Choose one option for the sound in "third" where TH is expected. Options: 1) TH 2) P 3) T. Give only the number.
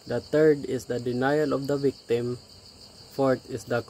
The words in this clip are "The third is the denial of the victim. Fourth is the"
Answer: 3